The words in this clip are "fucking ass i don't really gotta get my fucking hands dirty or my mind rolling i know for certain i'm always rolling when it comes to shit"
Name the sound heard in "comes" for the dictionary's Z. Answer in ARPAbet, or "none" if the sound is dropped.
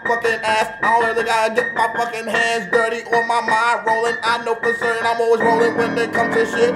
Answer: none